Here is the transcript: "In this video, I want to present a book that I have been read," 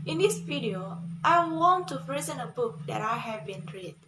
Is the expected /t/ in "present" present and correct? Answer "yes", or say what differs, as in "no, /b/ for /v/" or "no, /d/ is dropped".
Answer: no, /t/ is dropped